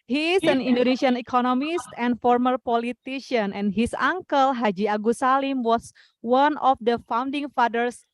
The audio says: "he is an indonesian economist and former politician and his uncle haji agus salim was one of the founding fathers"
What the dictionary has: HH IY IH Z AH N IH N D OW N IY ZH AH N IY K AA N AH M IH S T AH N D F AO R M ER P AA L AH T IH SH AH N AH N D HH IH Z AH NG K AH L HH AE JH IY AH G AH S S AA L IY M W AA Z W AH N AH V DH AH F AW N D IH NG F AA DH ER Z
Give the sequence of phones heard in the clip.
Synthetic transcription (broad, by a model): HH IY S AH N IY N D OW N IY SH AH N IY K AA N AH M IH S T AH N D F AO R M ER P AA L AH T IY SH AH N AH N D HH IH S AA NG K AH L HH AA JH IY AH G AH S S AA L IY M W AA S W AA N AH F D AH F AW N D IH NG F AA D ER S